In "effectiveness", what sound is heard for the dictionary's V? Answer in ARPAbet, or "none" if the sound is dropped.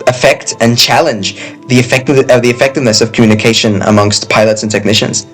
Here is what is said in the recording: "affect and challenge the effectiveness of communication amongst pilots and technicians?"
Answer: V